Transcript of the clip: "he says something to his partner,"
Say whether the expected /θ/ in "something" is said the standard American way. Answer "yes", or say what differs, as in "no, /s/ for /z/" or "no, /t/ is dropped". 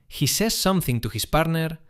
yes